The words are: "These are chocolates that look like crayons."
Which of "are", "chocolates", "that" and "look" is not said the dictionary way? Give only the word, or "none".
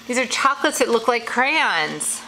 none